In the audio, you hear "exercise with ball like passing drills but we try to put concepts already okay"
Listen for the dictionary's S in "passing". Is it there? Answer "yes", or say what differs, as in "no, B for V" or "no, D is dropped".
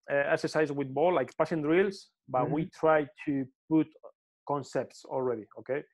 no, SH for S